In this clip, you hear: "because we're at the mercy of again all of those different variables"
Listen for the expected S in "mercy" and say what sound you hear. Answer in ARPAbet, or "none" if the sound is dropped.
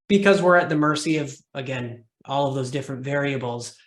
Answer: S